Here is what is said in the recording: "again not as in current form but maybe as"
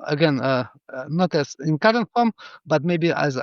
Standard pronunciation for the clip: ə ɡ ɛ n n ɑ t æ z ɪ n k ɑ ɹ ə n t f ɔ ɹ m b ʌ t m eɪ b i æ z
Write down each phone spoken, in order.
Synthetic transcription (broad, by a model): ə ɡ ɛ n n ɑ t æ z ɪ n k ɑ ɹ ə n t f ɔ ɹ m b ʌ t m eɪ b i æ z